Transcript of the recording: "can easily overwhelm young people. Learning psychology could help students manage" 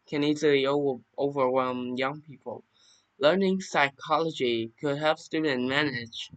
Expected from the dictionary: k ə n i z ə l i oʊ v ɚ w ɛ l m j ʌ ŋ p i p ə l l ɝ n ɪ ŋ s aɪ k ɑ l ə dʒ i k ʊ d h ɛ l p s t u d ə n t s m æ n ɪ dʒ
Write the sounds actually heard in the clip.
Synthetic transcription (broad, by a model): k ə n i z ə l i oʊ v ɚ w ɛ l m j ʌ ŋ p i p ə l l ɝ n ɪ ŋ s aɪ k ɑ l ə dʒ i k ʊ d h ɛ l p s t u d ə n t m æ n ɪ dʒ